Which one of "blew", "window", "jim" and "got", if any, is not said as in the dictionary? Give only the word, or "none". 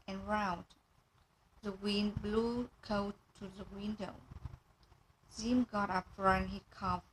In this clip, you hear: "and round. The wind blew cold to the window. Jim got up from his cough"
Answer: jim